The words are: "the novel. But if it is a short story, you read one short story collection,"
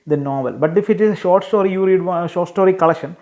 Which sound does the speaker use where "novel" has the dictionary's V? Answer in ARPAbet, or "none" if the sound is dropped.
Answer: V